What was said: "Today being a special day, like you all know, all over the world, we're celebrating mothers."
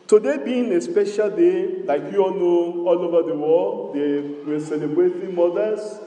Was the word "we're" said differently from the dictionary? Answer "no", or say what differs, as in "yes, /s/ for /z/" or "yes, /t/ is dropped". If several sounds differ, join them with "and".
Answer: yes, /l/ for /ɹ/